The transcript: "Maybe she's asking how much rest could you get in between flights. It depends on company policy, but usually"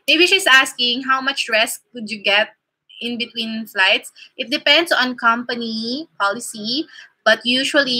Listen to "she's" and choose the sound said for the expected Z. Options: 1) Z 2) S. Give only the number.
2